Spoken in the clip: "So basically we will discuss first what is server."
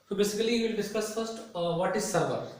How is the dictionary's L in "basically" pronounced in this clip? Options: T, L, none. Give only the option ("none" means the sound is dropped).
none